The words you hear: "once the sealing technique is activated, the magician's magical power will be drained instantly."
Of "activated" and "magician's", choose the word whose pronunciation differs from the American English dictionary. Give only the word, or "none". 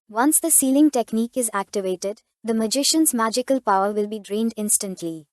none